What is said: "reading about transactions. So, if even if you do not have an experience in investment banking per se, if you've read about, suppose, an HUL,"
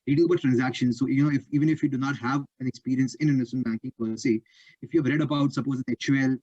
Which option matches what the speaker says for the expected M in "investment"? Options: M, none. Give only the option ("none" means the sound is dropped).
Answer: none